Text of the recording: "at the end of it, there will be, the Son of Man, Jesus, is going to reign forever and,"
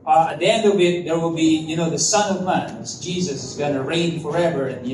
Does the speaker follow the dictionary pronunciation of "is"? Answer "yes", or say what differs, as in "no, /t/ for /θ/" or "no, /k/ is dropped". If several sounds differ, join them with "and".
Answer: yes